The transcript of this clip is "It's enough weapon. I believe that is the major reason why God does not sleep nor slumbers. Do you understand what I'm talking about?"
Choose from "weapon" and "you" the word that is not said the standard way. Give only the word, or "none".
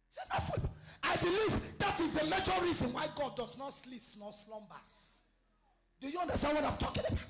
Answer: weapon